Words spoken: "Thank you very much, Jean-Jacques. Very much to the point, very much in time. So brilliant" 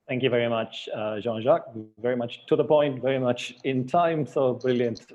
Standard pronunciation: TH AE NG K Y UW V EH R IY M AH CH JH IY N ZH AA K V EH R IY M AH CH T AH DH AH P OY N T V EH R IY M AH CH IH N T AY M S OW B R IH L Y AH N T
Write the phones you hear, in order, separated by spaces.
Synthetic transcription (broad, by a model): TH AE NG K Y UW V EH R IY M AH CH ZH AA N ZH AA K V EH R IY M AH CH T AH DH AH P OY N T V EH R IY M AH CH IH N T AY M S OW B R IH L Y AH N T